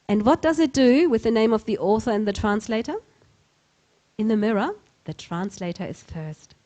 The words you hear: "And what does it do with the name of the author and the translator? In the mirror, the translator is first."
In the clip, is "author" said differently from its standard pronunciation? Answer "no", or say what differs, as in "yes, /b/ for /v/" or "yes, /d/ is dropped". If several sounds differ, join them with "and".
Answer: no